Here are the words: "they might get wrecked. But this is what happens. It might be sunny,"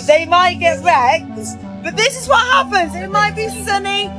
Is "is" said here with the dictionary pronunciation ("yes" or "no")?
yes